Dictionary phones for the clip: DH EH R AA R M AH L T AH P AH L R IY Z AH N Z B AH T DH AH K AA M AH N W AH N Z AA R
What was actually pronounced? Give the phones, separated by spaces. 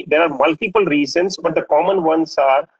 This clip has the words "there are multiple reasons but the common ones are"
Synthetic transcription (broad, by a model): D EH R AA R M AH L T AH P AH L R IY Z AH N S B AH T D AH K AA M AH N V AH N S AA R